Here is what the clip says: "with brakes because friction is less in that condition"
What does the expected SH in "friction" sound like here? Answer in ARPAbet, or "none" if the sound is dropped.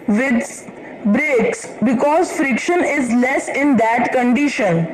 SH